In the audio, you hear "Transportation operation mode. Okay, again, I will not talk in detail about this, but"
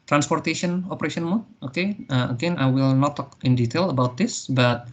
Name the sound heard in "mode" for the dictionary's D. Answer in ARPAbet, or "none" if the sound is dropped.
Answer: none